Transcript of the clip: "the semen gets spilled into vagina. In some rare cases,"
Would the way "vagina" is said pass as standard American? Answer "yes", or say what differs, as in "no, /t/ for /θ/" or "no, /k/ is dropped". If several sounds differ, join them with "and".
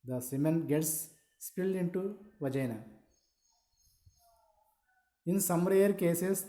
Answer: yes